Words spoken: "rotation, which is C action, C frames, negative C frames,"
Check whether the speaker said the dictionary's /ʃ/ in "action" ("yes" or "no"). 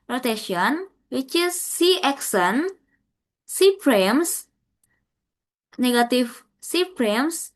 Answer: no